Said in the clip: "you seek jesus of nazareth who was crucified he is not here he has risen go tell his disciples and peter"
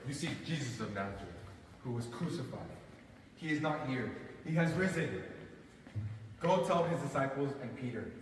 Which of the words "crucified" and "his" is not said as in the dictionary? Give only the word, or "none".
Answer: none